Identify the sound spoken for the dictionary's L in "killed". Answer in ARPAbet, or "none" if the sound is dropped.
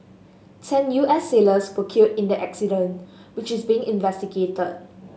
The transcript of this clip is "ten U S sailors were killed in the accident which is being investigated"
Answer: none